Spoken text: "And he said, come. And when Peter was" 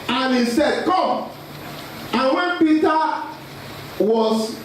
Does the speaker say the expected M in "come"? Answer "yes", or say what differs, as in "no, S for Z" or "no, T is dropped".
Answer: no, M is dropped